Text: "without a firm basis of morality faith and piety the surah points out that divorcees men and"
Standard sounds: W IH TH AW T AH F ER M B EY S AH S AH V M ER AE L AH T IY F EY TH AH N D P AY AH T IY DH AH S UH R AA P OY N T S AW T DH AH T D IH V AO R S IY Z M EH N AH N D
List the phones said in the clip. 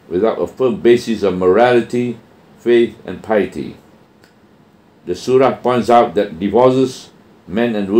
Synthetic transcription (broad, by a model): W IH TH AW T AH F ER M B EY S AH S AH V M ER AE L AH T IY F EY TH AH N P AY AH T IY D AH S UH R AA P OY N T S AW T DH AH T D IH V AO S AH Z M EH N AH N